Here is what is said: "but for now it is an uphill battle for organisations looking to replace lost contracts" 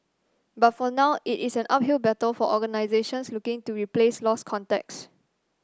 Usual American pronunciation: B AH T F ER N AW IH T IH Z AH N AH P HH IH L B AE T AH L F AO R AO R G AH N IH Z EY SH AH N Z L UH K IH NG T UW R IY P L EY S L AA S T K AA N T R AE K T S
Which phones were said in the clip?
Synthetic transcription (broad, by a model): B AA T F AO N AW IH T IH S AH N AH P HH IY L B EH T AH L F AO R AO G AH N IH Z EY SH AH N S L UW K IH NG T UW R IY P L EY S L AA S K AA N T EH K S